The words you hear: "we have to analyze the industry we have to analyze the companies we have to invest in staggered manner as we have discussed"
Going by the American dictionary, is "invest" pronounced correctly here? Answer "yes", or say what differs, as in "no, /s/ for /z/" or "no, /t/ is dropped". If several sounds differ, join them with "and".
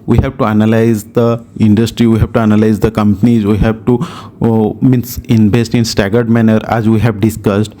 no, /b/ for /v/